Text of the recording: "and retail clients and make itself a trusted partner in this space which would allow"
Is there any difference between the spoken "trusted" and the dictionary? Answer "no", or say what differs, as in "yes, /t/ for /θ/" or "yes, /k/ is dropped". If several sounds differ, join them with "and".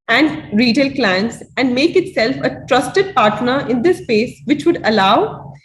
no